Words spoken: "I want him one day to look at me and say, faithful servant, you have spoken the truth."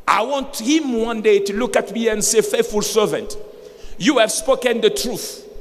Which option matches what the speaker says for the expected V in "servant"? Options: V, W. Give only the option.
V